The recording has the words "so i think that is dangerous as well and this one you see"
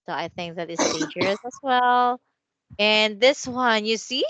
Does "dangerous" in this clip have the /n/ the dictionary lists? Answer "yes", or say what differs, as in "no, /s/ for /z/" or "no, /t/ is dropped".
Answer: no, /n/ is dropped